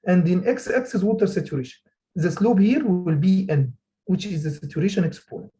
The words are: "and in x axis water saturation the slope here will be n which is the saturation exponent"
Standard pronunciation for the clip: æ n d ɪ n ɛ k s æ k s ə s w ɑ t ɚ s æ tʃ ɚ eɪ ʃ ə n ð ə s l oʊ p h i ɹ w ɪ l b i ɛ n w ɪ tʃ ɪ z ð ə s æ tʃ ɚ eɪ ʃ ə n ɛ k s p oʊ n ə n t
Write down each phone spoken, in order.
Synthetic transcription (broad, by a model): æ n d ɪ n ɛ k s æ k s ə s w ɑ t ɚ s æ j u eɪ ʃ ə n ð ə s l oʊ b h i ɹ w ɪ l b i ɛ n w ɪ tʃ ɪ z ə s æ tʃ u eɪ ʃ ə n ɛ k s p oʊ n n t